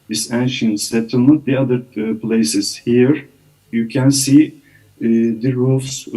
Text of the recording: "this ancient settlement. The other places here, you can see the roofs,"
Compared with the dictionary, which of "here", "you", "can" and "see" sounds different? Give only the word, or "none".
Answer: none